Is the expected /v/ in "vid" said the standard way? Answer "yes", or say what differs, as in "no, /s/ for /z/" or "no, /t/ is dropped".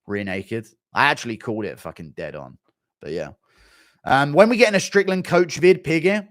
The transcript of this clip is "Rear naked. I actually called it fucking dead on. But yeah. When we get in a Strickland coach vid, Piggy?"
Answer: yes